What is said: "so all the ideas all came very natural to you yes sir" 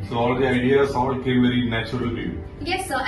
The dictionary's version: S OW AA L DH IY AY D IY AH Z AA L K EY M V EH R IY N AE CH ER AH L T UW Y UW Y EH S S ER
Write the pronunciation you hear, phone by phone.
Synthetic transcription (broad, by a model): S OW AA L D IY AY D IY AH S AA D K EY M V EH R IY N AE CH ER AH L T UW Y UW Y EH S S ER